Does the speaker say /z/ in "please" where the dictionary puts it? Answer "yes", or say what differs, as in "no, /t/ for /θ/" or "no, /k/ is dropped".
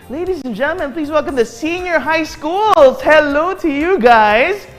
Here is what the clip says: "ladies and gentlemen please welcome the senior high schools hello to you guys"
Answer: yes